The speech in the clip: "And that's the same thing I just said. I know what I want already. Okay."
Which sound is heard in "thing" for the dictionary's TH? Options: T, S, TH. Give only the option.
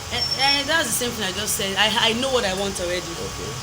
TH